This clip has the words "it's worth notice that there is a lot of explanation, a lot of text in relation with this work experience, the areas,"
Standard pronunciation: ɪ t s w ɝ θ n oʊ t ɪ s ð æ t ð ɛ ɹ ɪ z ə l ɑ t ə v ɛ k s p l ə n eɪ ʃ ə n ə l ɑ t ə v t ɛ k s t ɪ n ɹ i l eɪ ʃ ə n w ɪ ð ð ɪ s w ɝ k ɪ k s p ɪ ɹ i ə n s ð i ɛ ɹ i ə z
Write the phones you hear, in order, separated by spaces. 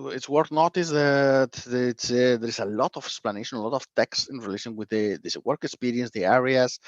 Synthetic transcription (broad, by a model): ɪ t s w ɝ t n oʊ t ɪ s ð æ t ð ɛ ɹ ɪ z ə l ɑ t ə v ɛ k s p l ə n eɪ ʃ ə n ə l ɑ t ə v t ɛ k s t ɪ n ɹ i l eɪ ʃ ə n w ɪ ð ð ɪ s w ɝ k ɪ k s p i ɹ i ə n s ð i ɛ ɹ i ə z